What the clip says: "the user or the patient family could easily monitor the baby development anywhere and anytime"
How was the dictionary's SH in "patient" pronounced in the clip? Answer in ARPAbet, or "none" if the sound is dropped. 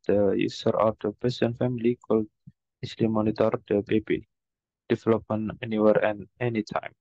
S